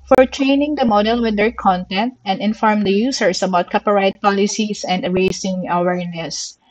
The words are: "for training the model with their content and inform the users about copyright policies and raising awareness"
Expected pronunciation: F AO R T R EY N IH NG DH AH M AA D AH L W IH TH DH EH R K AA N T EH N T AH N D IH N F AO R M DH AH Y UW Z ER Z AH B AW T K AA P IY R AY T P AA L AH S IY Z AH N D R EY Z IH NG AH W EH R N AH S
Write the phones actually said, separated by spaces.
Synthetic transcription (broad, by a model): F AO R T R EY N IH NG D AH M AA D AH L W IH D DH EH R K AA N T EH N T AH N D IH N F AO R M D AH Y UW S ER S AH B AW T K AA P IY R AY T P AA L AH S IY S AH N D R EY S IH NG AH W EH R N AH S